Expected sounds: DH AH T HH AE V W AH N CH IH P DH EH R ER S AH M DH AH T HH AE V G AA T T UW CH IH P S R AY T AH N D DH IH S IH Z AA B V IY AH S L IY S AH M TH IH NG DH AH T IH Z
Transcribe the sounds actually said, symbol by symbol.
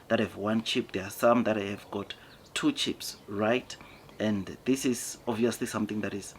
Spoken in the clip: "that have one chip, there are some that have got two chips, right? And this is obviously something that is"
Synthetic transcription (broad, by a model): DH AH T HH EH V W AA N CH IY P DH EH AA S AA M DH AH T HH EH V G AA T T UW CH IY P S R AY T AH N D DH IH S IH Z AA V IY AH S L IY S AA M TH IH NG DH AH T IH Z